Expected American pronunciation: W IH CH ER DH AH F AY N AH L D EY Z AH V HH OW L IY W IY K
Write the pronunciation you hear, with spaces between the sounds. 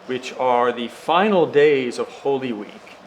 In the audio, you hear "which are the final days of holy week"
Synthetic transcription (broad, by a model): W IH CH ER DH AH F AY N L D EY Z AH V HH OW L IY W IY K